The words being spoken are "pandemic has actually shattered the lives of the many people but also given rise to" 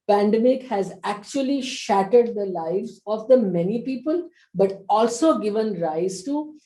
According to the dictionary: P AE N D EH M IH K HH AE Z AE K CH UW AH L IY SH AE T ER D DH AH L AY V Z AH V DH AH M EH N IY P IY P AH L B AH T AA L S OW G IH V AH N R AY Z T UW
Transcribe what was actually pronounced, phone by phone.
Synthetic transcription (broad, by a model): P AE N D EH M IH K HH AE Z AE K CH UW AH L IY SH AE T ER D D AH L AY V Z AH V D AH M EH N IY P IY P AH L B AH T AA L S OW G IH V AH N R AY Z T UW